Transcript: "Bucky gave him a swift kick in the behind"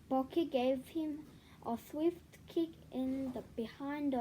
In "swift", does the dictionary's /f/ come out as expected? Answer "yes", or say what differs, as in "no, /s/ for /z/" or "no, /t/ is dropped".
yes